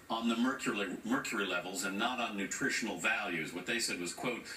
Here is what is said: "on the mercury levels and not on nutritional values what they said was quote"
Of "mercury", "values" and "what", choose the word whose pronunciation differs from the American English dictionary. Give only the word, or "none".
none